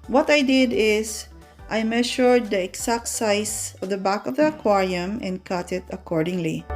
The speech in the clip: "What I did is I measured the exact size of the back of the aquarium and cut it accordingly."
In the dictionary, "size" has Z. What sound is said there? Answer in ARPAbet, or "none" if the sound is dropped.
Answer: S